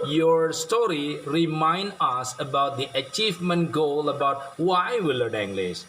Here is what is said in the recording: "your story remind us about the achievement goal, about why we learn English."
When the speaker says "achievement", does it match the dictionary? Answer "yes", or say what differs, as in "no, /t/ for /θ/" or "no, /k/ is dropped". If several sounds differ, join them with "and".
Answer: yes